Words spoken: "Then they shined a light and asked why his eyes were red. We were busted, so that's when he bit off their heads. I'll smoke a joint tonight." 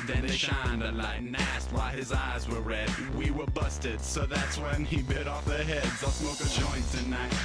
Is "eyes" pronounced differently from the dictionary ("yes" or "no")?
no